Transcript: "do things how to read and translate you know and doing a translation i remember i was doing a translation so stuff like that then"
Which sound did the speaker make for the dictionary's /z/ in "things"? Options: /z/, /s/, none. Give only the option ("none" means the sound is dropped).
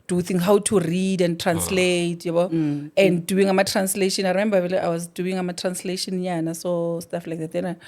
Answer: none